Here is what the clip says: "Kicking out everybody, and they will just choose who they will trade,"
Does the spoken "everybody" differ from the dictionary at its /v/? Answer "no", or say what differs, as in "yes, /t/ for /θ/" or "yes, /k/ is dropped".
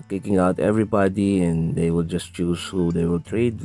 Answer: no